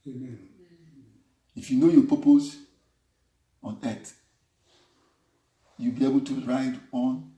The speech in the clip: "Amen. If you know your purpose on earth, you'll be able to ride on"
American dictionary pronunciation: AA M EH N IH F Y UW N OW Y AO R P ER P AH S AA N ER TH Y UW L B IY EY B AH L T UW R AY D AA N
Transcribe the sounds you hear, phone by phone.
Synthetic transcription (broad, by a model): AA F Y UW N OW Y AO P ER P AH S AA N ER T Y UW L B IY EY B AH L T UW R AY D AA N